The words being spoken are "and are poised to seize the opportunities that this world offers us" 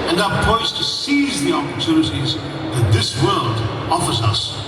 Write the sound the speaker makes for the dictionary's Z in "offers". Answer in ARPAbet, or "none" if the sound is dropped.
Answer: Z